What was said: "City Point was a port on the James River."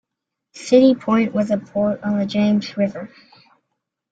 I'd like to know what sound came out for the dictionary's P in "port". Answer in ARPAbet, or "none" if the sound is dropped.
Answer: P